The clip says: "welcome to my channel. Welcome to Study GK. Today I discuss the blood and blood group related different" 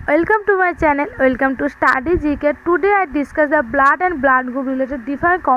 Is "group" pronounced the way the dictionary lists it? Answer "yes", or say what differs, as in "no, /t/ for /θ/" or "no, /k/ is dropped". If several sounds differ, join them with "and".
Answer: no, /ɹ/ is dropped